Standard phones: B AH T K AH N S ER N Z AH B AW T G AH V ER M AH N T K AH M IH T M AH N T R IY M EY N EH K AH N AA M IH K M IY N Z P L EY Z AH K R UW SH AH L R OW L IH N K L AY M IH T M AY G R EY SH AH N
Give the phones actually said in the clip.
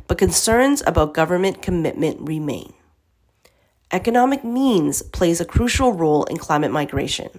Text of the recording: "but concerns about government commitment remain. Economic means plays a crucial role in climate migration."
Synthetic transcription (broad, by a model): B AH T K AH N S ER N Z AH B AW T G AH V ER M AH N K AH M IH T M AH N T R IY M EY N EH K AH N AA M IH K M IY N Z P L EY Z AH K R UW SH L R OW L IH N K L AY M IH T M AY G R EY SH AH N